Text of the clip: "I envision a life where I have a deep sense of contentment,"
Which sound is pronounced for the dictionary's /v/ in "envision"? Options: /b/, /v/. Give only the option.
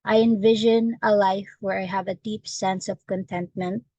/v/